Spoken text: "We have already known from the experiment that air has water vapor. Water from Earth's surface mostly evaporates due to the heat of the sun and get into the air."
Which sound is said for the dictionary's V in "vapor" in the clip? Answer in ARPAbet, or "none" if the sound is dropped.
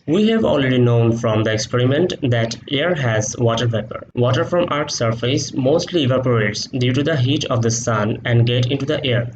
P